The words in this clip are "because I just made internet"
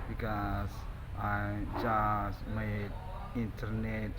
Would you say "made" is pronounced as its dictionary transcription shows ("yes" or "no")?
no